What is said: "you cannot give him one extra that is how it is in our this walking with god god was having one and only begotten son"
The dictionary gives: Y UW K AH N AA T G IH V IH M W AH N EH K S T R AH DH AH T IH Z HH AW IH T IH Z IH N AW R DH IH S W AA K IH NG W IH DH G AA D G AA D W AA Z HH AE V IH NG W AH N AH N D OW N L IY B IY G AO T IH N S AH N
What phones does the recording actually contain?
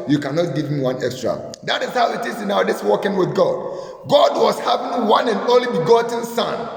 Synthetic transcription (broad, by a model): Y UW K AH N AA T G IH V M W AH N EH K S T R AH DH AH T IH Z HH AW IH T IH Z IH N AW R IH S W AA K IH NG W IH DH G AA D G AA D W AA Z HH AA V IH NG W AH N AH N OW L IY B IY G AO T N S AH N